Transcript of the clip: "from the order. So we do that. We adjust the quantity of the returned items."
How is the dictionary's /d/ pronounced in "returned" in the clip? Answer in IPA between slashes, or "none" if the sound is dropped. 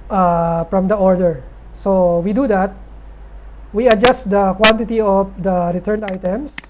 none